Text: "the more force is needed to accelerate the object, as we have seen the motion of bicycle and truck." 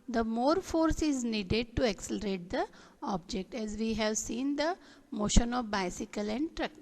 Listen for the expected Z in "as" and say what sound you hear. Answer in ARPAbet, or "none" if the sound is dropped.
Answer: Z